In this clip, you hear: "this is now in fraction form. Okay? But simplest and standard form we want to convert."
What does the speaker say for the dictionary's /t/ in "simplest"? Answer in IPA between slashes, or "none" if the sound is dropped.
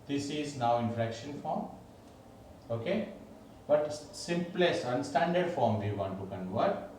none